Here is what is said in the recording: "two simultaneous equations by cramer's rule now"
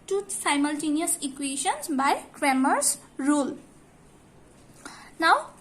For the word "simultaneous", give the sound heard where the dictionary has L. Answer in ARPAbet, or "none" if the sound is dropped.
L